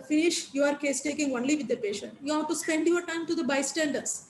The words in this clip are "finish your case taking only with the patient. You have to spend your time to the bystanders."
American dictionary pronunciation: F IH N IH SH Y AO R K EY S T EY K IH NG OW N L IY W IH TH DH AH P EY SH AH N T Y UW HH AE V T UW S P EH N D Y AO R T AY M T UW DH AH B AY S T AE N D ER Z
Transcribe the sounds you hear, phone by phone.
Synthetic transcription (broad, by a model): F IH N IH SH Y AO R K EY S T EY K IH NG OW N L IY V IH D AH P EY SH AH N T Y UW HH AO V T UW S P EH N D Y AO R T AY M T UW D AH B AY S T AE N D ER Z